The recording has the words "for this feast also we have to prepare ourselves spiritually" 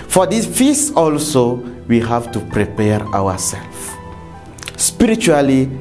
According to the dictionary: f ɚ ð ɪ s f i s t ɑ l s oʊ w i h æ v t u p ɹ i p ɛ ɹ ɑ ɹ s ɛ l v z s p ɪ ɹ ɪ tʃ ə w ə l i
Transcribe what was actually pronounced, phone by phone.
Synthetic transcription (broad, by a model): f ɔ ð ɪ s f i s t ɑ l s oʊ w i h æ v t u p ɹ i p ɛ ɹ ɑ w s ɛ l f s p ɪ ɹ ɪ tʃ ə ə l i